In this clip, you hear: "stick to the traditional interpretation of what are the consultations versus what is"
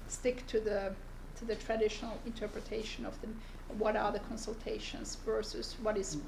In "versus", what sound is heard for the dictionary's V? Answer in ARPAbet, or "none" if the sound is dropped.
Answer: V